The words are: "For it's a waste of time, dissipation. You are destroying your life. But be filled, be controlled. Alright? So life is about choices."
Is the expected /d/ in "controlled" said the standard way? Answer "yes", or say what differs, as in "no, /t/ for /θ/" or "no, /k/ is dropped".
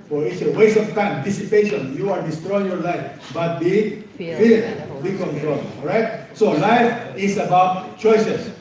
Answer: no, /d/ is dropped